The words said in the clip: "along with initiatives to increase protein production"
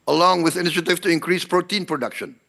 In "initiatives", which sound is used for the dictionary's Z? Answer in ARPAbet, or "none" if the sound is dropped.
none